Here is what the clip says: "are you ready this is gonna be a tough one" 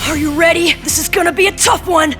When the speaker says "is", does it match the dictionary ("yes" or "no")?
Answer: yes